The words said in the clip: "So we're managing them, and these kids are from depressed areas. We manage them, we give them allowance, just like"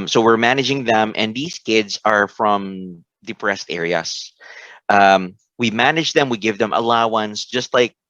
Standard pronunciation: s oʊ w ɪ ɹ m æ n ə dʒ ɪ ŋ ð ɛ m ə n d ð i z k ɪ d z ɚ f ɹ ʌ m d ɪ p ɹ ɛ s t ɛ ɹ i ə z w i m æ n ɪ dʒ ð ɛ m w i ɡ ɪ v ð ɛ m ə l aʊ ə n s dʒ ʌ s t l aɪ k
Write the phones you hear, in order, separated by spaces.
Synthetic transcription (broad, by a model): s oʊ w ɪ ɹ m æ n ə dʒ ɪ ŋ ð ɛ m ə n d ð i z k ɪ d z ɚ f ɹ ʌ m d ɪ p ɹ ɛ s t ɛ ɹ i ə s w i m æ n ɪ dʒ ð ɛ m w i ɡ ɪ v ð ɛ m ə l aʊ ə n s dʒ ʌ s t l aɪ k